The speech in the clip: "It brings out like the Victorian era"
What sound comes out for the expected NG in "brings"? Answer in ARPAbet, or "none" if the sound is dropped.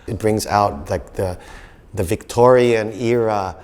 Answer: NG